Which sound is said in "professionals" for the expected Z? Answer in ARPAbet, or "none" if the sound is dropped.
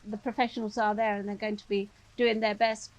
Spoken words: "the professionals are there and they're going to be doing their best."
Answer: Z